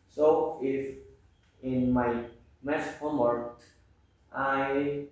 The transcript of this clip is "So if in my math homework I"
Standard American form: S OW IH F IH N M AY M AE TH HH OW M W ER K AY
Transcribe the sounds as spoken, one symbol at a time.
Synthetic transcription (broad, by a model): S OW IH F IH N M AY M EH S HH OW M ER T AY